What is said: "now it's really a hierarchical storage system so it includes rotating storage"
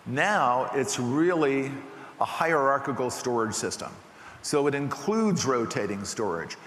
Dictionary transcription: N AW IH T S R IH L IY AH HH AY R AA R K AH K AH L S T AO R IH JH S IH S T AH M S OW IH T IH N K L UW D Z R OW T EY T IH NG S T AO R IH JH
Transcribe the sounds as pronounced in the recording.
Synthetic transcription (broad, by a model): N AW IH T S R IH L IY AH HH AY R AA R K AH K L S T AO R IH JH S IH S T AH M S OW IH T IH N K L UW D Z R OW T EY T IH NG S T AO R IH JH